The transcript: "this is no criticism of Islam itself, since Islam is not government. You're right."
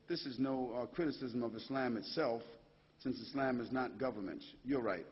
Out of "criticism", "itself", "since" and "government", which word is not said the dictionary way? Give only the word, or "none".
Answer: none